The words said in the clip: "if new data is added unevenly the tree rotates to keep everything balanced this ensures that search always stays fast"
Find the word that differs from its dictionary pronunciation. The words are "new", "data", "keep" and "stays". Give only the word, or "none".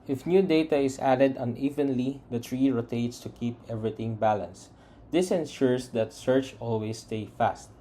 stays